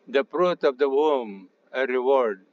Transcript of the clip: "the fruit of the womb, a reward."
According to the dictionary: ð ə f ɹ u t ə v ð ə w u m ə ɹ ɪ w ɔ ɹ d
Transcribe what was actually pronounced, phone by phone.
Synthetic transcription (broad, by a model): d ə p ɹ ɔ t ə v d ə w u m ə ɹ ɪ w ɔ ɹ d